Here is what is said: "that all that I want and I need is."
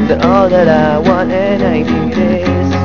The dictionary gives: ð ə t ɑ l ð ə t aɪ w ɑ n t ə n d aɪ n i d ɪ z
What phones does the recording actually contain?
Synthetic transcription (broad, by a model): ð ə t ɑ l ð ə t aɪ w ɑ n ə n aɪ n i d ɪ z